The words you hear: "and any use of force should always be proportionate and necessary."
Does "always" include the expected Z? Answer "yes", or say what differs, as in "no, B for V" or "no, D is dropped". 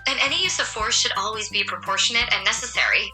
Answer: yes